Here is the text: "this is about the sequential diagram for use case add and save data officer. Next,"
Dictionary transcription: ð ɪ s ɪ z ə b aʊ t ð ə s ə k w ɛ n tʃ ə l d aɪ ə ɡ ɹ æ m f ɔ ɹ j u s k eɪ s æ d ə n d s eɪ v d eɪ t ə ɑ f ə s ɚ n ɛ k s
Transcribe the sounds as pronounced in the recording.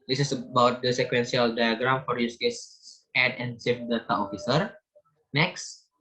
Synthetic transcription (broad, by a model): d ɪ s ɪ s ə b aʊ t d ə s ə k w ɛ n s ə l d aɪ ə ɡ ɹ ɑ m f ɔ ɹ j u s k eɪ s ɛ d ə n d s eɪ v d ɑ t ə ɑ f ə s ɚ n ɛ k s